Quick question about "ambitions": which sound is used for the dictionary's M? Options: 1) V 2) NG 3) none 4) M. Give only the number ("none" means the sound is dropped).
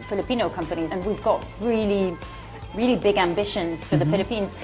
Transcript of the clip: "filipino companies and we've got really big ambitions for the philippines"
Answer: 4